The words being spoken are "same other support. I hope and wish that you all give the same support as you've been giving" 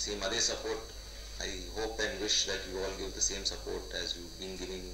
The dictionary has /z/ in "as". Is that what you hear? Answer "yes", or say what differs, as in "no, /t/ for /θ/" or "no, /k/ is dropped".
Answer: yes